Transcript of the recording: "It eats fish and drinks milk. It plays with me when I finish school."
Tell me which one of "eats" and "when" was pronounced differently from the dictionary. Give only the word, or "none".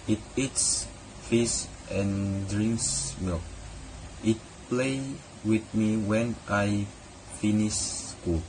none